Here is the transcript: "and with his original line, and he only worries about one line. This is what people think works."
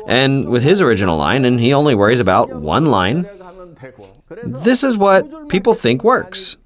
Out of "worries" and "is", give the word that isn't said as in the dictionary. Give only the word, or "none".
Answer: none